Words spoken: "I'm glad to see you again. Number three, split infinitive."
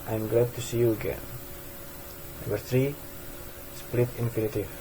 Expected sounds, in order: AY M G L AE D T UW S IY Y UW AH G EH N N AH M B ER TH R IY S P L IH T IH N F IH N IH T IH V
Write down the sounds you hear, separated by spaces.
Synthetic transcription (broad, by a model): AY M G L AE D T UW S IY Y UW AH G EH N N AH B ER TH R IY S P L IH T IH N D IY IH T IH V